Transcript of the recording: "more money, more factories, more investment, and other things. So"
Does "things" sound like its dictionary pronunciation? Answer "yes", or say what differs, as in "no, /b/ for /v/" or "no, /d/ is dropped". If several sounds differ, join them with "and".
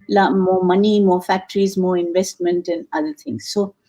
no, /t/ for /θ/